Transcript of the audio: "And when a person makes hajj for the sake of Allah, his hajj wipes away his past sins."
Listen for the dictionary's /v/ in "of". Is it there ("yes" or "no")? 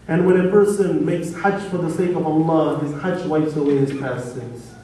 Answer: yes